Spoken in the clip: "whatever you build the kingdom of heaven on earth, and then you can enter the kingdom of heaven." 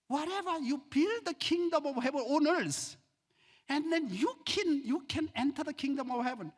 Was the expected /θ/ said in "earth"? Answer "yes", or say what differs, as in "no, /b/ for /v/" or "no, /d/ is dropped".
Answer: no, /s/ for /θ/